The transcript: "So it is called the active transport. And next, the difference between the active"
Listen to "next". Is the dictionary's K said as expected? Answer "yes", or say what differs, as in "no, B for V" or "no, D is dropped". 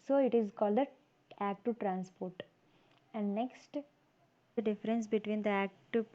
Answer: yes